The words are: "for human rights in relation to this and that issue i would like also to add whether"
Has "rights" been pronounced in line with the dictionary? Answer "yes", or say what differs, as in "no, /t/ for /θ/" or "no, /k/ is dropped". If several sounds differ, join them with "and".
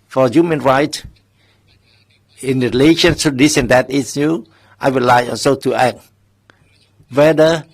no, /s/ is dropped